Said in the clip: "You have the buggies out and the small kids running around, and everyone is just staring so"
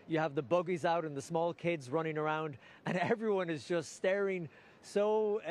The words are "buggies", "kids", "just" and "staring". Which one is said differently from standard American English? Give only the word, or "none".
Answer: none